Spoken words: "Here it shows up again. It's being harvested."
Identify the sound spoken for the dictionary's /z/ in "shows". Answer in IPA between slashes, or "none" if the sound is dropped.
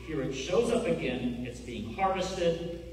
/z/